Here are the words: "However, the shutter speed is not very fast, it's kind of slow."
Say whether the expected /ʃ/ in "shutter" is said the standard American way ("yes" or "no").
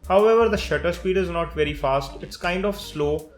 yes